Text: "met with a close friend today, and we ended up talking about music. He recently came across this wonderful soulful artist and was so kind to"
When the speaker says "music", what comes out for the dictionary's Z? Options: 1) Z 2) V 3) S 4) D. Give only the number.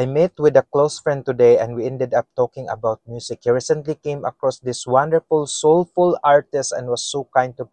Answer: 3